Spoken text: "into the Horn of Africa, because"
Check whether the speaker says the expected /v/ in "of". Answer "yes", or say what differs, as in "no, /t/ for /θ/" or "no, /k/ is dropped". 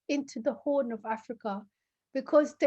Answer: yes